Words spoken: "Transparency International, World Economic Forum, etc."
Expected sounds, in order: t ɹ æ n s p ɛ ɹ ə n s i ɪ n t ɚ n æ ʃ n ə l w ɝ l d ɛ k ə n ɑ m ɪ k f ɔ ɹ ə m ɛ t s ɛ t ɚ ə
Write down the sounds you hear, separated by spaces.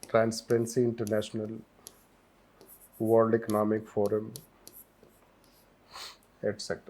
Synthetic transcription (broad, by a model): t ɹ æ n s p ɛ ɹ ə n s i ɪ n t ɚ n æ ʃ n ə l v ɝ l d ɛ k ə n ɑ m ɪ k f ɔ ɹ ə m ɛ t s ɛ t